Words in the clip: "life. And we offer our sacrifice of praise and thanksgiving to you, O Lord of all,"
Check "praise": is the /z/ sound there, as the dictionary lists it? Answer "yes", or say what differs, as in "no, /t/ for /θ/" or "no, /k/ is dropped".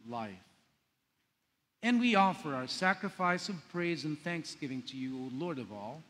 yes